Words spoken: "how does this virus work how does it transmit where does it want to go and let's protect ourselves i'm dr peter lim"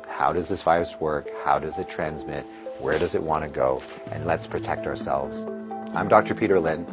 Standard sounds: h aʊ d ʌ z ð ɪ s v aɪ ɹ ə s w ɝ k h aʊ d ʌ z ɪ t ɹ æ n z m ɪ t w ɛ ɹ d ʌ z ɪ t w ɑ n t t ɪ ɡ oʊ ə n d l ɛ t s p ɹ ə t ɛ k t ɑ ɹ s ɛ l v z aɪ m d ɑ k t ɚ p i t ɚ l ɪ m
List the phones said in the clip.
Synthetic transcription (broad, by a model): h aʊ d ʌ z ð ɪ s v aɪ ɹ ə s w ɝ k h aʊ d ʌ z ɪ t ɹ æ n z m ɪ t w ɛ ɹ d ʌ z ɪ t w ɑ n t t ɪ ɡ oʊ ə n l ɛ t s p ɹ ə t ɛ k t ɑ ɹ s ɛ l v z aɪ m d ɑ k t ɚ p i t ɚ l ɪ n